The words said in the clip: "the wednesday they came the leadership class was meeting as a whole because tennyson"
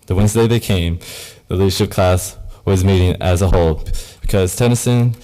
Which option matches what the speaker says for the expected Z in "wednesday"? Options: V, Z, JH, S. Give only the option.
Z